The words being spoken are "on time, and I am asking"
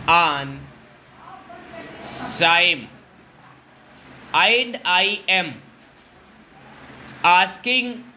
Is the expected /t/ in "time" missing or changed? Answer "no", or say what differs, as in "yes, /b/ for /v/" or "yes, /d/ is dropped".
yes, /s/ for /t/